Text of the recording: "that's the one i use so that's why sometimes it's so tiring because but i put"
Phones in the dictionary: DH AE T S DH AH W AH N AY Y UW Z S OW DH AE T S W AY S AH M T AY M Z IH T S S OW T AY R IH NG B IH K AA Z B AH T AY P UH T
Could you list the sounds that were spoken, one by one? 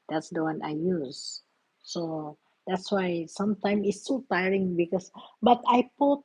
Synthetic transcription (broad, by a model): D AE T S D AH W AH N AY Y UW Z S OW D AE T S W AY S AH M T AY M IH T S S OW T AY R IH NG B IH K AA S B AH T AY P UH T